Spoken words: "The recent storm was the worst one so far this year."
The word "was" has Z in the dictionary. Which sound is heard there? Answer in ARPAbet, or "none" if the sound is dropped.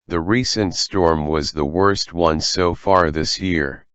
Z